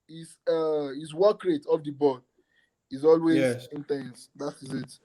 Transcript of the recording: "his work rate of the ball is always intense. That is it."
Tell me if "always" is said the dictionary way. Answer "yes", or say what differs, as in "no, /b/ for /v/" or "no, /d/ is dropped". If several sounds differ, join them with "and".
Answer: yes